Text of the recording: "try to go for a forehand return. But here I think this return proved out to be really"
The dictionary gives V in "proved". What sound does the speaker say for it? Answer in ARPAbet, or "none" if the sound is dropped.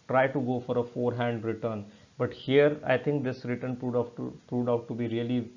P